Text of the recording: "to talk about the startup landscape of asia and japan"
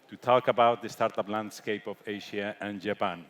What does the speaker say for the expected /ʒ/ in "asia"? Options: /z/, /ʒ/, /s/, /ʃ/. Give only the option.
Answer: /ʃ/